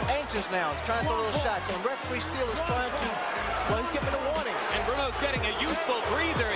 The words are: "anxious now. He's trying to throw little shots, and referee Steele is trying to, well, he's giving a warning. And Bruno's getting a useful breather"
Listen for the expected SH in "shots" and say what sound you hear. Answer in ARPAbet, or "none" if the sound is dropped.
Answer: SH